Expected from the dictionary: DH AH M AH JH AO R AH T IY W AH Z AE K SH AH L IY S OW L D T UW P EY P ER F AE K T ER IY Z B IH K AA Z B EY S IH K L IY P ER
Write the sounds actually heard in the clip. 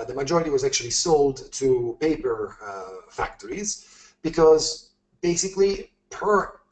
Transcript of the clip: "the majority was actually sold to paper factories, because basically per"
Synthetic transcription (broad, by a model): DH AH M AH JH AO R AH T IY W AH Z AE K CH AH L IY S OW L D T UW P EY P ER F AE K T ER IY Z B IH K AA Z B EY S IH K L IY P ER